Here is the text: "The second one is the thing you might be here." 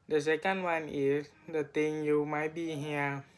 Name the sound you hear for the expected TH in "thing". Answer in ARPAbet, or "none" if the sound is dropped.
T